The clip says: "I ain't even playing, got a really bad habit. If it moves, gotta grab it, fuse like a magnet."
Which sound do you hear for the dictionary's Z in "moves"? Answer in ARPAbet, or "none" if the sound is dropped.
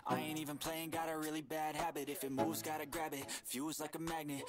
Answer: Z